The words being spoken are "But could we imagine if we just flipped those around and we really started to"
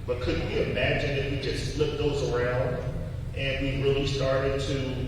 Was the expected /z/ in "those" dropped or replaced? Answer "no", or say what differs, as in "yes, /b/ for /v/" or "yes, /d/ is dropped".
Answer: no